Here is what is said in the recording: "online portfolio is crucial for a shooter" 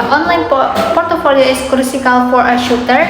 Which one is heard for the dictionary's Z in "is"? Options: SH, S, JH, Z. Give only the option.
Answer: S